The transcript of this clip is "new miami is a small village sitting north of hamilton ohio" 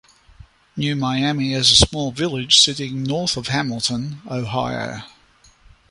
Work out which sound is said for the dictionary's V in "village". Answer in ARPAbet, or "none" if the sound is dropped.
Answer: V